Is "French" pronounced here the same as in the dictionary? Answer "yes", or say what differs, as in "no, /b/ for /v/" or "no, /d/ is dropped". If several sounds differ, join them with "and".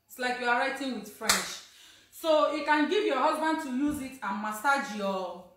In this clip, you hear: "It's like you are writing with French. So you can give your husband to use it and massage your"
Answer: no, /ʃ/ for /tʃ/